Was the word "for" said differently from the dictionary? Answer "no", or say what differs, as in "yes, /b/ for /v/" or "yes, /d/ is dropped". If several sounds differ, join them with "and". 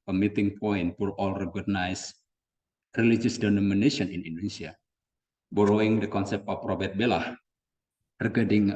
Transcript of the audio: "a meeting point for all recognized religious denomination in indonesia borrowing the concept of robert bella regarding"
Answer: yes, /l/ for /ɹ/